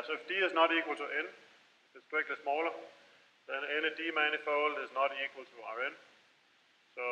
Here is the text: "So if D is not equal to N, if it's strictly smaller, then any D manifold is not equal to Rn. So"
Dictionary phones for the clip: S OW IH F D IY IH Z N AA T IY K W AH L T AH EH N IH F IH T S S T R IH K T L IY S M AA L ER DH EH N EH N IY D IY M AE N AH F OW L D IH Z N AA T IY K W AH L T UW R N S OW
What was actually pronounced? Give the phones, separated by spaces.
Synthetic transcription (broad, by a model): S OW IH F D IY IH Z N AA T IY K W AH L T AH EH N IH F IH T S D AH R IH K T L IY S M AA L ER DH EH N EH N IY D IY M AE N AH F OW L D IH Z N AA T IY K W AH L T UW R N S OW